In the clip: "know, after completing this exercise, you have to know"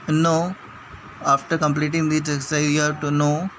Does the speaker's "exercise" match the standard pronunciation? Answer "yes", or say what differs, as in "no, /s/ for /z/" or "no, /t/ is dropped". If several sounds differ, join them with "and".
no, /z/ is dropped